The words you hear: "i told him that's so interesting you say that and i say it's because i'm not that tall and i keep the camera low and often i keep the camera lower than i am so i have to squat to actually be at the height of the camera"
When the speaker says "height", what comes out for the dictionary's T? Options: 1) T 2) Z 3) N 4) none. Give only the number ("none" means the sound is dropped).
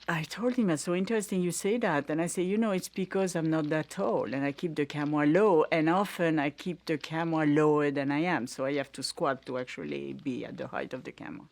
1